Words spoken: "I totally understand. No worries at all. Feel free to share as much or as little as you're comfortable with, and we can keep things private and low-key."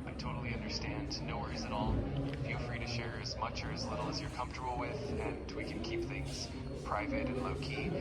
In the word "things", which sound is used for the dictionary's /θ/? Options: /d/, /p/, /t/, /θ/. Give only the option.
/θ/